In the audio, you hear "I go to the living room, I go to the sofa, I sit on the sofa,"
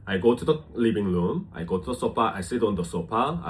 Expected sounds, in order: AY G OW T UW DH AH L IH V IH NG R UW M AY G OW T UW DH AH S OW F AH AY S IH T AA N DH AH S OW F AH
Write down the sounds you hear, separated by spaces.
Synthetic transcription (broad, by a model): AY G OW T UW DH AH L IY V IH NG L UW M AY G OW T UW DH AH S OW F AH AY S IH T AA N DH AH S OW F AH